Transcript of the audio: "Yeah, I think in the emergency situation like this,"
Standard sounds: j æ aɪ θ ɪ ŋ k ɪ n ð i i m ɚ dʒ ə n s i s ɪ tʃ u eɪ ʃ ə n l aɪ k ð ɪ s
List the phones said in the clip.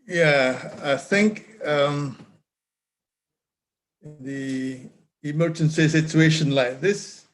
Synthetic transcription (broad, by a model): j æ aɪ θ ɪ ŋ k ɪ n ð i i m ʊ ʃ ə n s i s ɪ tʃ u eɪ ʃ ə n l aɪ k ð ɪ s